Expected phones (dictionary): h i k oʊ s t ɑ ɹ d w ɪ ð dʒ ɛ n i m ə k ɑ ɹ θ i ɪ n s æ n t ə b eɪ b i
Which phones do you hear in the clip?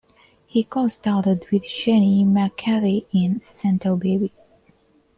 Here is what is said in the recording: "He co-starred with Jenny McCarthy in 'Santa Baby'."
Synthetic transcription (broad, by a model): h i k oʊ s t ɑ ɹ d w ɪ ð ʃ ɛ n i m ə k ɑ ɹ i ɪ n s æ n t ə b eɪ b i